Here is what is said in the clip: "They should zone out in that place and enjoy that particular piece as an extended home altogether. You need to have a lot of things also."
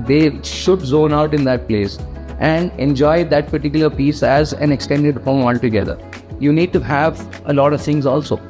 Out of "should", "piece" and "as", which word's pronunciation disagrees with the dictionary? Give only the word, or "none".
none